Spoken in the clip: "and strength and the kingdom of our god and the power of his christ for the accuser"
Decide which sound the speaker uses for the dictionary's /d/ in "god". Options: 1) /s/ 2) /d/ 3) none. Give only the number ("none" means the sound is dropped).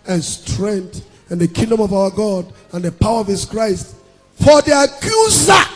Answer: 2